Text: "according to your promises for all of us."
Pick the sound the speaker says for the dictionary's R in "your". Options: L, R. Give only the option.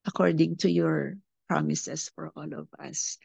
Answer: R